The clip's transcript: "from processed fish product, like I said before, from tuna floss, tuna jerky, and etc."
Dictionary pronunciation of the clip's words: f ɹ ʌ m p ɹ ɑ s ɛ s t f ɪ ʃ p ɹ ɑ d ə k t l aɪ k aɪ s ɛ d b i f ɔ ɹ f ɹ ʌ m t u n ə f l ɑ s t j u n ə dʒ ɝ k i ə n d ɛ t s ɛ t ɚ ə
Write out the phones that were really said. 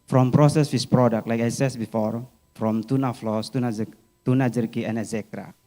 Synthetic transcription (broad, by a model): f ɹ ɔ m p ɹ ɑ s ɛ s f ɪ s p ɹ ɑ d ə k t l aɪ k aɪ s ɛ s b i f ɔ ɹ f ɹ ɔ m t u n ə f l ɑ s t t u n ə dʒ ɝ k i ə n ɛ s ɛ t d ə